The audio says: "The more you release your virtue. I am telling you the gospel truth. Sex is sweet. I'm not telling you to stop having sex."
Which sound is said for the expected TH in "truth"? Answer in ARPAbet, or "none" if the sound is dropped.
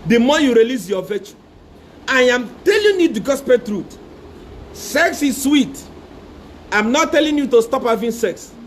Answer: T